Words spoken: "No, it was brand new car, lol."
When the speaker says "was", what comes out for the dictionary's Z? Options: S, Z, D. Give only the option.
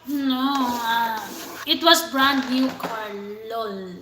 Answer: S